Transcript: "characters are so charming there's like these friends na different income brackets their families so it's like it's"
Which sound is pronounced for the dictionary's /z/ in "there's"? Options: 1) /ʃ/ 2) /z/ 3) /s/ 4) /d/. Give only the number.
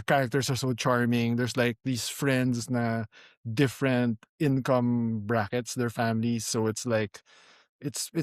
3